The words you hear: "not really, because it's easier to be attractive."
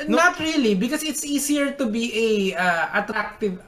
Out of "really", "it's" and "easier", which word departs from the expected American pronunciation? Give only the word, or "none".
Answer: easier